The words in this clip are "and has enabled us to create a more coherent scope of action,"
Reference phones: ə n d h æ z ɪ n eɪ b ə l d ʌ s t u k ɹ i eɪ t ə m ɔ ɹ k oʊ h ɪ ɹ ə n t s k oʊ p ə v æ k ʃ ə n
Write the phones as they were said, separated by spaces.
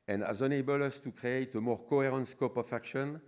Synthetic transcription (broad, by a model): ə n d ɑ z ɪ n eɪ b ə l ʌ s t u k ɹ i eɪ t ə m ɔ ɹ k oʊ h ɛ ɹ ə n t s k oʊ p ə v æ k ʃ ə n